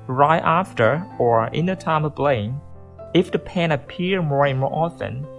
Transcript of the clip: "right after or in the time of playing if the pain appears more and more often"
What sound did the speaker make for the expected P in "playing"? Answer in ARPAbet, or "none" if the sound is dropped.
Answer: B